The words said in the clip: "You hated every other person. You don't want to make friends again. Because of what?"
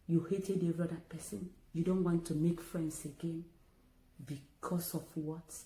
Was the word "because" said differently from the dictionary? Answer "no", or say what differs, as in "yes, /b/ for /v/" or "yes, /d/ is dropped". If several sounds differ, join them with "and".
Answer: yes, /s/ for /z/